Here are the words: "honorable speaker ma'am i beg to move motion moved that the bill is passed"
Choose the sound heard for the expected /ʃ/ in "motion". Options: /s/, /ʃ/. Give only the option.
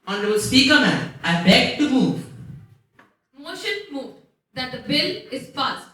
/ʃ/